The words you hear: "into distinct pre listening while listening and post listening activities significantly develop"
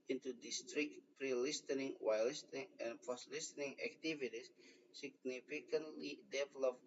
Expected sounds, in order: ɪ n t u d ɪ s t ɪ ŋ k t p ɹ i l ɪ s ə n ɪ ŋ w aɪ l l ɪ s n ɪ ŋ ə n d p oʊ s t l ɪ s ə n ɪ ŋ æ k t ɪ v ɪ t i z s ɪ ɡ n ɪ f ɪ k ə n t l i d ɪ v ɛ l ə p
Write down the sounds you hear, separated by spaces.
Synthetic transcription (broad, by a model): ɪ n t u d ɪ s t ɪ k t p ɹ i l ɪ s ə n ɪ ŋ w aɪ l l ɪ s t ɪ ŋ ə n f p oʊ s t l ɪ s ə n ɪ ŋ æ k t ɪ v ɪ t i s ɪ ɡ n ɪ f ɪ k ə n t l i d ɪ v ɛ l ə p